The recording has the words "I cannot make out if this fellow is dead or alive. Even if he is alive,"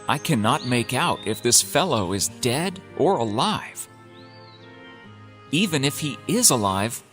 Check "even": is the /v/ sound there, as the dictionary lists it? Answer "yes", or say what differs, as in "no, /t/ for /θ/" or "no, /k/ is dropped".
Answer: yes